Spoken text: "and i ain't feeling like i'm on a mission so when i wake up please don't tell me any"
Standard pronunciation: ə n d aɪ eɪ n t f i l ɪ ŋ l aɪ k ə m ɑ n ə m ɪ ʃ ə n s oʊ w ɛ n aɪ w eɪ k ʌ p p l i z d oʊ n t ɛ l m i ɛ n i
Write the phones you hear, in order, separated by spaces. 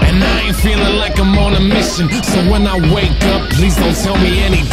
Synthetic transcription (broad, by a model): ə n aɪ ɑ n f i l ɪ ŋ l aɪ k ə m ɑ n ə m ɪ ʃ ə n s oʊ w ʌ n aɪ w eɪ k ʌ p p l i z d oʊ n t ɛ l m i ɛ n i